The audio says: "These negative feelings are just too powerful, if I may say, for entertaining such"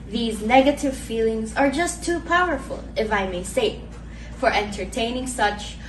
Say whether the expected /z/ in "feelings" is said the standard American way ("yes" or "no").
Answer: yes